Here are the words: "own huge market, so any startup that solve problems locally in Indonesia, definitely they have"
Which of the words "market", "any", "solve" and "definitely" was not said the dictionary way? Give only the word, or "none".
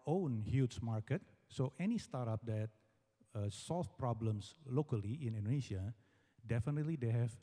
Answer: solve